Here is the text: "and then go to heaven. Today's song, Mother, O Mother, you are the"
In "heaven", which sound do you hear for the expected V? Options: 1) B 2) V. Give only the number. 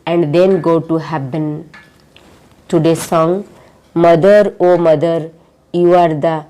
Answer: 1